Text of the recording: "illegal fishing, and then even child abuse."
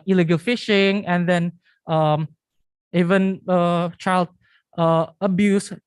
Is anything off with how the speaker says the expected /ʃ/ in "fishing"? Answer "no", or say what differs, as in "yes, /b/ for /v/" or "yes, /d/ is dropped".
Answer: no